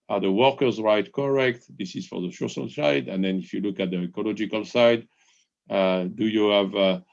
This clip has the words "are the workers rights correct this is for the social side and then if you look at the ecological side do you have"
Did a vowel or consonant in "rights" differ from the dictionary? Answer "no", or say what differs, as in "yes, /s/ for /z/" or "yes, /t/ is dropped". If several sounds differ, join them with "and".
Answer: yes, /s/ is dropped